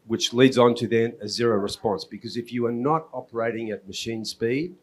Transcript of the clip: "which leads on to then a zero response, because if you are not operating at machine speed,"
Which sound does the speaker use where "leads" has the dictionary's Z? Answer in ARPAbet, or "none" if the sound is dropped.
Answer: Z